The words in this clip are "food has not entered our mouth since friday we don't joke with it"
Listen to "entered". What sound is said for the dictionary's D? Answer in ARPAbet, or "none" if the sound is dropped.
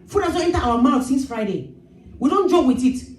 none